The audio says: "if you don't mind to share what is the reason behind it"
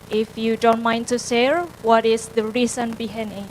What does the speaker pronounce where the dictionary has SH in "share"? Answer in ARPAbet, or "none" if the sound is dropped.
S